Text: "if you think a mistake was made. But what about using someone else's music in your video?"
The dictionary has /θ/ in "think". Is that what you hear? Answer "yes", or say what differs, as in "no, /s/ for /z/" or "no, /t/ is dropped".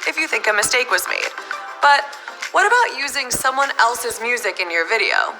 yes